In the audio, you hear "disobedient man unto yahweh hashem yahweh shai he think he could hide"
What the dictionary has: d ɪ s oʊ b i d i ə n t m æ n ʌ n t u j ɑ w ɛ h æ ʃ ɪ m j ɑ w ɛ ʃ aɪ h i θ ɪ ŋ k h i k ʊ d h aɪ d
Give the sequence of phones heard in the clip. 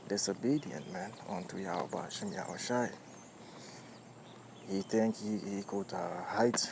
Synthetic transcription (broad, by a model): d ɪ s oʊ b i d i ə n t m æ n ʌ n t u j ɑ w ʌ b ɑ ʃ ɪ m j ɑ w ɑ ʃ aɪ h i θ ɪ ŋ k h i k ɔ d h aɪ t